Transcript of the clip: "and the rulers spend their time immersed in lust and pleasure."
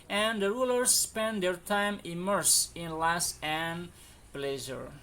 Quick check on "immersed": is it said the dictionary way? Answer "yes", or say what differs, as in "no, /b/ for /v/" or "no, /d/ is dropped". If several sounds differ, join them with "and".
no, /t/ is dropped